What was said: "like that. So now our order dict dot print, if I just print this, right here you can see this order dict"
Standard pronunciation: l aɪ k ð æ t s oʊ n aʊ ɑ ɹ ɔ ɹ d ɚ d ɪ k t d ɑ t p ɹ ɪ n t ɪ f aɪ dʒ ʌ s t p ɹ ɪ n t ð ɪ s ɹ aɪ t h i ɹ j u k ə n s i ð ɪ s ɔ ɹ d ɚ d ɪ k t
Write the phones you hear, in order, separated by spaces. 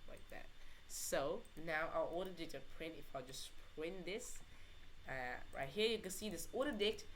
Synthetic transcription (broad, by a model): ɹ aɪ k ð æ t s oʊ n aʊ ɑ l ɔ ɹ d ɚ d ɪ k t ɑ p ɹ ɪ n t ɪ f aɪ dʒ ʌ s p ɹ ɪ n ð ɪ s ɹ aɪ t h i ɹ j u k ə n s i ð ɪ s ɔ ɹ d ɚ d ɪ k t